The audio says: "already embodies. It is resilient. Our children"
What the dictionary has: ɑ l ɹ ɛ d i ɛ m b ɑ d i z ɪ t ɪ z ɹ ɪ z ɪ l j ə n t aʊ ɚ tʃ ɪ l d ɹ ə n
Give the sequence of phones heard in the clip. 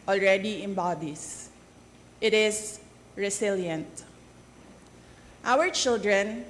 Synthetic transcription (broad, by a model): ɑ l ɹ ɛ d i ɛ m b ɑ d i s ɪ t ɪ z ɹ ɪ s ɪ l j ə n t aʊ ɚ tʃ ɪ l d ɹ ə n